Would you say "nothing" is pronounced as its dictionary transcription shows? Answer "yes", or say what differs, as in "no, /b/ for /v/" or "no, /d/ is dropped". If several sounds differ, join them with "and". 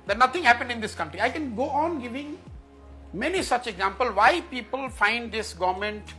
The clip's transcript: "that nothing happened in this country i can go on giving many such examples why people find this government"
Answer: no, /t/ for /θ/